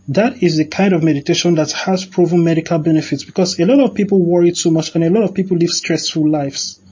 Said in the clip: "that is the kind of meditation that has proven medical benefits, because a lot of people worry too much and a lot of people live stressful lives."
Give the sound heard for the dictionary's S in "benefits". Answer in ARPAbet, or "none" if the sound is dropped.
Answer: S